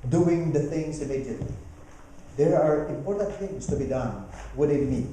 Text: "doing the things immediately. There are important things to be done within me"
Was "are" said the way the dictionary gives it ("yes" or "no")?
yes